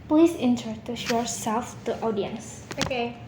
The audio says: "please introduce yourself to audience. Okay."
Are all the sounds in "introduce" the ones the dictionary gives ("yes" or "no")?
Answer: no